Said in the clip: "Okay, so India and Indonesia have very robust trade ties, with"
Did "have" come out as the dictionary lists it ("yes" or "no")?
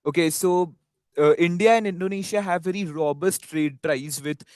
yes